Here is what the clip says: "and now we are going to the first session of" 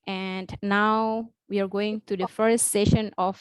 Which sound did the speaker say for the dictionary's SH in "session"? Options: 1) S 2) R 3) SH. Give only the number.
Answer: 3